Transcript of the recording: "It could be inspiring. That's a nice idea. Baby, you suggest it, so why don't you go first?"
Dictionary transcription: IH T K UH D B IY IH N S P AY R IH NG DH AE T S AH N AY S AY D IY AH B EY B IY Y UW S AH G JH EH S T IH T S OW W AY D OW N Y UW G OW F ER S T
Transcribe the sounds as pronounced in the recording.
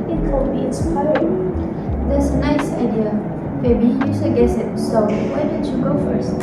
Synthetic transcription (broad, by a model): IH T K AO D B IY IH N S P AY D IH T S AH N AY S AY D IY AH B EY B IY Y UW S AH G EH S IH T S OW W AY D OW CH Y UW G OW F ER S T